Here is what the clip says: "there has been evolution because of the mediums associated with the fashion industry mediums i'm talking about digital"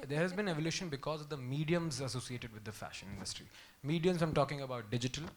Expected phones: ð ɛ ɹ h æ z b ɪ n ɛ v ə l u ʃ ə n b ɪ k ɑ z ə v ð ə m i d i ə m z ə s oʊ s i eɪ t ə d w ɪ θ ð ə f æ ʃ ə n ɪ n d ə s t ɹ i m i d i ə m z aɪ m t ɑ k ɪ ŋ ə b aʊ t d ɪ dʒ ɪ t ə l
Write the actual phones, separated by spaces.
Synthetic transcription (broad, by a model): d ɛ ɹ h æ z b ɪ n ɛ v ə l u ʃ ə n b ɪ k ɑ z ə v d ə m i d i ə m z ə s oʊ s i eɪ t ə d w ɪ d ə f æ ʃ ə n ɪ n d ə s t ɹ i m i d i ə m z aɪ m t ɑ k ɪ ŋ ə b aʊ t d ɪ dʒ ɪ t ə l